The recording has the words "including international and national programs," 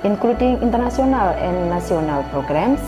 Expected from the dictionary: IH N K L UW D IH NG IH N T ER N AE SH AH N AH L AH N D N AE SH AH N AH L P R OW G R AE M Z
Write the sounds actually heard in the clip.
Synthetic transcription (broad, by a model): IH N K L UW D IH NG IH N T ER N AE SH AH N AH L AH N D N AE S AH N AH L P R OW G R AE M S